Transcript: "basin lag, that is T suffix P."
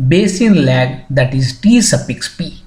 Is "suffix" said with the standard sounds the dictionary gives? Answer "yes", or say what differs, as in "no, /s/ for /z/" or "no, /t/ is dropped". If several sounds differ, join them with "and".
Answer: no, /p/ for /f/